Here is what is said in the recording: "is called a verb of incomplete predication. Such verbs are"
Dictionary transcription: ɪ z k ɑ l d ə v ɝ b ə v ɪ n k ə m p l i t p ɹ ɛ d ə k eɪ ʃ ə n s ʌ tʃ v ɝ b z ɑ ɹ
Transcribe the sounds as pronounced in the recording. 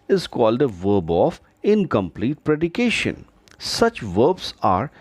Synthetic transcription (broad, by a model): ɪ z k ɑ l d ə v ɝ b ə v ɪ n k ə m p l i t p ɹ ɛ d ə k eɪ ʃ ə n s ʌ tʃ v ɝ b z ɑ ɹ